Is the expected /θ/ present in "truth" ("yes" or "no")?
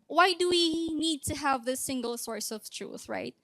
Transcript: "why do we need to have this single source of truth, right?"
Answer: yes